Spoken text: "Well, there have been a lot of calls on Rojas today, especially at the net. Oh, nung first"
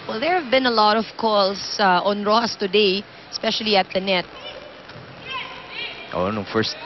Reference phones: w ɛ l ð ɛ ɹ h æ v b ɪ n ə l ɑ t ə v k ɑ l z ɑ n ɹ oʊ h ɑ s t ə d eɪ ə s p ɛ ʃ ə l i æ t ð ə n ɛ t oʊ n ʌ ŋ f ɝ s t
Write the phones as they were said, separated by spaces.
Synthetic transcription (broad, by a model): w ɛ l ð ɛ ɹ h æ v b ɪ n ə l ɑ t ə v k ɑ l s ɑ n ɹ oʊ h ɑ s t ə d eɪ ə s p ɛ ʃ ə l i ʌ t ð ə n ɛ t oʊ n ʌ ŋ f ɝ s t